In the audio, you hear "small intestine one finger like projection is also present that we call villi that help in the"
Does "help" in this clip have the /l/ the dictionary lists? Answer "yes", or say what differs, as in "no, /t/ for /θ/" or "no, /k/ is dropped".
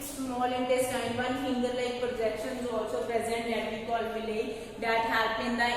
no, /l/ is dropped